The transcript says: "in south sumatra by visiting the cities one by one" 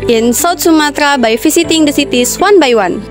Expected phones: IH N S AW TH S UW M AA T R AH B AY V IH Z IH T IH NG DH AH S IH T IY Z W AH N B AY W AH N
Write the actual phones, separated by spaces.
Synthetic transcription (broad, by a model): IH N S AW T S UW M AA T R AH B AY F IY S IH T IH NG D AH S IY T IY S W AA N B AY W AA N